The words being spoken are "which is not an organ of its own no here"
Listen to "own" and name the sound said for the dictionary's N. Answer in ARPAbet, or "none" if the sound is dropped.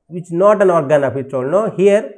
L